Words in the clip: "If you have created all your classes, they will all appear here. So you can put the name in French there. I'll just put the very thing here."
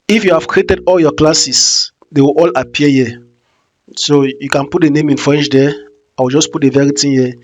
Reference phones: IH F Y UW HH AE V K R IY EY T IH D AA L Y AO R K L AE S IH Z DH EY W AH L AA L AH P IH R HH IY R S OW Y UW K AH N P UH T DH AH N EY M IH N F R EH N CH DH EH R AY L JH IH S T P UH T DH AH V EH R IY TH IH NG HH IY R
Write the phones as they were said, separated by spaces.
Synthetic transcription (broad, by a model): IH F Y UW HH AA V K R IY EY T IH D AA L Y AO K L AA S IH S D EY W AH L AA L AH P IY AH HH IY S OW Y UW K AH N P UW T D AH N EY M IH N F R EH N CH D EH W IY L JH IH S P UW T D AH V EH R IY T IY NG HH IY